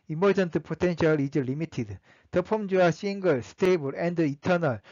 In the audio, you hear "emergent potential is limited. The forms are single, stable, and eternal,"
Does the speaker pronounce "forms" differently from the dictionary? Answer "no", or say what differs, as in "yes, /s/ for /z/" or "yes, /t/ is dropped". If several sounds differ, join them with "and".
yes, /p/ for /f/